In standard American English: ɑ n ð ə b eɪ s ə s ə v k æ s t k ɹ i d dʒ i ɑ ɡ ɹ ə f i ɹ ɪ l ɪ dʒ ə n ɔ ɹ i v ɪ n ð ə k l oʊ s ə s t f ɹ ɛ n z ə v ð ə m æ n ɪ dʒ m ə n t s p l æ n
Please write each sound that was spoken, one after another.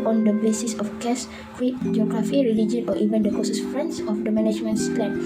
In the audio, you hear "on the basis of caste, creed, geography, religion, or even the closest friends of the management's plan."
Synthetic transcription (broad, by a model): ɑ n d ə b eɪ s ə s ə f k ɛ s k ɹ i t dʒ i ɑ ɡ ɹ ə f i ɹ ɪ l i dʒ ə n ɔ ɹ i v ɪ n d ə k oʊ s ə s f ɹ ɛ n s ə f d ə m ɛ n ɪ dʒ m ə n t s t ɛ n